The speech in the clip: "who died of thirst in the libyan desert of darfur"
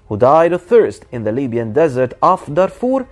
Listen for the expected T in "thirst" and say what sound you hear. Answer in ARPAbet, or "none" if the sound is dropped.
T